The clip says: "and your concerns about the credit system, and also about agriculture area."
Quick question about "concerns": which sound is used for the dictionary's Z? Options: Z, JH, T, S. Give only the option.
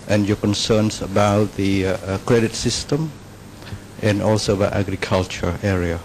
S